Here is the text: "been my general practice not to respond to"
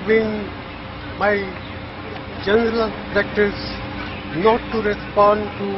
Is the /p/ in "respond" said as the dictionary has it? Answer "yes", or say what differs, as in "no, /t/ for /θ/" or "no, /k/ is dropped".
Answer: yes